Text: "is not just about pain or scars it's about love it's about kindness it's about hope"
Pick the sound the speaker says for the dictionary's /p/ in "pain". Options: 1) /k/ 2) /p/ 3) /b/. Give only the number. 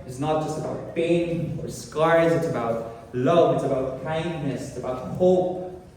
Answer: 3